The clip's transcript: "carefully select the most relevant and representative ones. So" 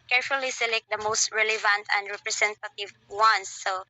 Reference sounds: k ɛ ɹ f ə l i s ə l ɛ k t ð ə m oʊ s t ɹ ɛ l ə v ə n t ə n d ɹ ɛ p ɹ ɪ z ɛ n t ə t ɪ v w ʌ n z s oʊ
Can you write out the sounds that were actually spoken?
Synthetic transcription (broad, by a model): k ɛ ɹ f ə l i s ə l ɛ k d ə m oʊ s t ɹ ɛ l ə v ə n t ə n d ɹ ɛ p ɹ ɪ s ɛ n t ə t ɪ v w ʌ n s oʊ